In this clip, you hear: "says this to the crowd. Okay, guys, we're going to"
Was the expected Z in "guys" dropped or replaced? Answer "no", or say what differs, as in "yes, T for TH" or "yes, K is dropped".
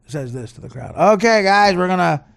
no